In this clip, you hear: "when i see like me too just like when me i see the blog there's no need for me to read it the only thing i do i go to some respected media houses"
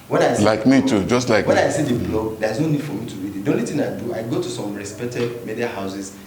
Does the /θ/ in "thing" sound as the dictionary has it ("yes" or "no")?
no